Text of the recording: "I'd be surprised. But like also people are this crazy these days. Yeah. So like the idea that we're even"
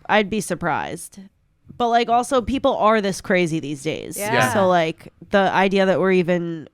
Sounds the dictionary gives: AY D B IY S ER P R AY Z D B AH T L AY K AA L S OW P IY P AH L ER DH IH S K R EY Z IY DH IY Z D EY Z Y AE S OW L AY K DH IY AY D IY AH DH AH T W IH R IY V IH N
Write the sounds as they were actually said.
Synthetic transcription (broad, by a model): AY D B IY S ER P R AY Z D B AH T L AY K AA L S OW P IY P L ER DH IH S K R EY Z IY DH IY Z D EY Z Y AE S OW L AY K DH IY AY D IY AH DH AH T W IH R IY V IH N